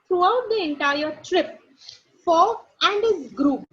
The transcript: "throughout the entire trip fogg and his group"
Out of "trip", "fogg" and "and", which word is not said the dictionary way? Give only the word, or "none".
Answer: fogg